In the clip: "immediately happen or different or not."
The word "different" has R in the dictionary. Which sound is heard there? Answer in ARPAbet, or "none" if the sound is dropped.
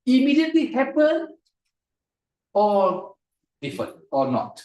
none